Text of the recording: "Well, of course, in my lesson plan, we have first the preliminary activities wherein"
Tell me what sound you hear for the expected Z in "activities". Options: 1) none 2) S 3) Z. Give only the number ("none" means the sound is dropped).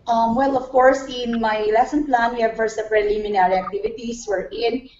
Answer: 2